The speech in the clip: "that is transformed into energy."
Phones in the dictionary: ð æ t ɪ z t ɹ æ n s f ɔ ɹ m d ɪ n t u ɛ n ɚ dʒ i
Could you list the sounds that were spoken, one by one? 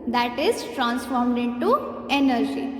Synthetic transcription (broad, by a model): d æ t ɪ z t ɹ æ n s f ɔ ɹ m d ɪ n t u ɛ n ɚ dʒ i